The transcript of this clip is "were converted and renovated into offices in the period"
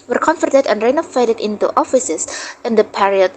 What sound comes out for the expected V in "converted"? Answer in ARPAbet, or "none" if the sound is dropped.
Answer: F